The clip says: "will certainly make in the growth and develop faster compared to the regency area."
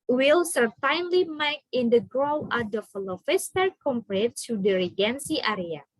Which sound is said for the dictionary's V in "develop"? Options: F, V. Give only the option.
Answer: F